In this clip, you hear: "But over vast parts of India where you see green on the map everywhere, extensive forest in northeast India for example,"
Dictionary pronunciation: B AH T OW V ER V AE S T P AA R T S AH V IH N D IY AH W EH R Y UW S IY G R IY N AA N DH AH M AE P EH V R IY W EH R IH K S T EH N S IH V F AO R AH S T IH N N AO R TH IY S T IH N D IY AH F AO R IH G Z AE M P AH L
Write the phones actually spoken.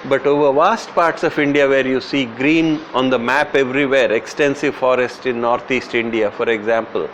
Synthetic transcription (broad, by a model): B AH T OW V ER V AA S T P AA R T S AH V IH N D IY AH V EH R Y UW S IY G R IY N AA N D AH M AE P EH V R IY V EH R IH K S T EH N S IH V F AO R AH S T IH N N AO R T IY S T IH N D IY AH F AO R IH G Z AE M P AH L